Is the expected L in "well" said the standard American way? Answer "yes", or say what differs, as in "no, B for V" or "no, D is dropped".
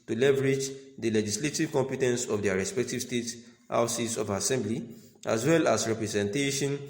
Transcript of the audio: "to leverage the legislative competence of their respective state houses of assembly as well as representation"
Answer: yes